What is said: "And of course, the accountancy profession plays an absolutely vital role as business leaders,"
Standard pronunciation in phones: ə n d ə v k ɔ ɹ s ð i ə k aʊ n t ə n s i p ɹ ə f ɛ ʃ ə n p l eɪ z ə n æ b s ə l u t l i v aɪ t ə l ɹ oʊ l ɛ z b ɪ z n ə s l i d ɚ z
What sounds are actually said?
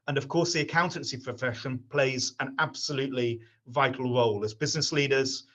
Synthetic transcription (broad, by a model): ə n ə v k ɔ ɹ s ð i ə k aʊ n t ə n s i p ɹ ə f ɛ ʃ ə n p l eɪ z ə n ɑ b s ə l u t l i v aɪ t ə l ɹ oʊ l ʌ z b ɪ z n ə s l i d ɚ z